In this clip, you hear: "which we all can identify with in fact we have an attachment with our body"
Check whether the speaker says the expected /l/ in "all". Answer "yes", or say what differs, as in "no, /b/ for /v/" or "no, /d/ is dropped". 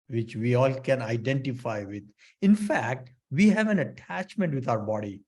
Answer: yes